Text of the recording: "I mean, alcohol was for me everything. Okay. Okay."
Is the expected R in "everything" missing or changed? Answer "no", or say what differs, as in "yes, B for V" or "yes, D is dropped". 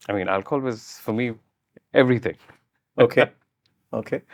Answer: no